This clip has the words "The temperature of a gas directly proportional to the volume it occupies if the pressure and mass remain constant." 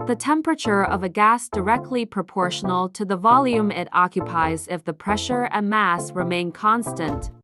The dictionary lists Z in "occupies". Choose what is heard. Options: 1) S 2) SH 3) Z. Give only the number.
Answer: 3